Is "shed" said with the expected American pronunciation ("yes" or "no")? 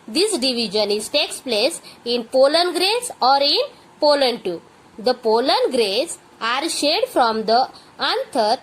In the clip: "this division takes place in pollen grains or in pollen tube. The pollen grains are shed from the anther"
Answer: yes